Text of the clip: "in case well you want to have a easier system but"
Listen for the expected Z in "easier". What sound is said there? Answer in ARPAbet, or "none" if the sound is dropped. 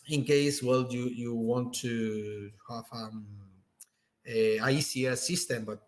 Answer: S